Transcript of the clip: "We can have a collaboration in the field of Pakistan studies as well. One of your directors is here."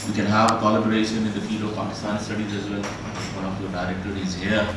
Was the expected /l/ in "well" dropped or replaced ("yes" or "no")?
yes